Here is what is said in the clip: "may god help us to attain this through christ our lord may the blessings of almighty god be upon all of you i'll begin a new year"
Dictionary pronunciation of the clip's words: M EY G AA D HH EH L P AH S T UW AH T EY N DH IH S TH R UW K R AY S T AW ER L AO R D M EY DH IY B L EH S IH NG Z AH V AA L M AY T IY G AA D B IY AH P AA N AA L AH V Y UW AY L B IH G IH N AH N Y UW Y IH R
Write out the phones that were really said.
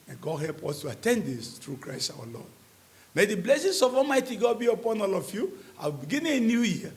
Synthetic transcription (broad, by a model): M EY G AA D HH EH L P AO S T UW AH T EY N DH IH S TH R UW K R AY S T AW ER L AO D M EY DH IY B L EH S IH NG S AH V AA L M AY T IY G AA D B IY AH P AA N AA L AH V Y UW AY W B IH G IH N AH N Y UW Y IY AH